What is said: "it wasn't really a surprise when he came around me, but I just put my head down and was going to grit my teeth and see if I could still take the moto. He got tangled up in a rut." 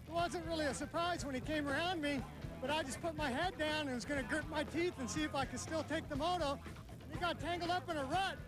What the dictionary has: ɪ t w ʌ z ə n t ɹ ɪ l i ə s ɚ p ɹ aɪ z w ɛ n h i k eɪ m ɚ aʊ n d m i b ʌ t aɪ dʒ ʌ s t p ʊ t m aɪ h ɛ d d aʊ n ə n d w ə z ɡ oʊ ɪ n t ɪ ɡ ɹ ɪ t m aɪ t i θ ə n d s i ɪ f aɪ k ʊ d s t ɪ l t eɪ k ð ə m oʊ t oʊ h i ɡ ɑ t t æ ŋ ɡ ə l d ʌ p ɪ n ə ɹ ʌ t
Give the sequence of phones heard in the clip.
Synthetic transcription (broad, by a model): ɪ t w ʌ z ə n t ɹ ɪ l i ə s ɚ p ɹ aɪ z w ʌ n i k eɪ m ɚ aʊ n d m i b ʌ t aɪ dʒ ʌ s p ʊ t m aɪ h ɛ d d aʊ n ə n w ə z ɡ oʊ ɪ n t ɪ ɡ ɹ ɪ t m aɪ t i θ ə n s i ɪ f aɪ k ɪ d s t ɪ l t eɪ k ð ə m oʊ t oʊ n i ɡ ɑ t t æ ŋ ɡ l d ʌ p ɪ n ə ɹ ʌ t